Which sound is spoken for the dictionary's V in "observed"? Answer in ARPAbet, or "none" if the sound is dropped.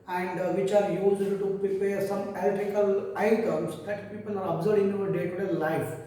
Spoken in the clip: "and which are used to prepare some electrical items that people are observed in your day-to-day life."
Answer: none